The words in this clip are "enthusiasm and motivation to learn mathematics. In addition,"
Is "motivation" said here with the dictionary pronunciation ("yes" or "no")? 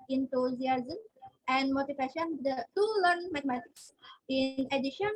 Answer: no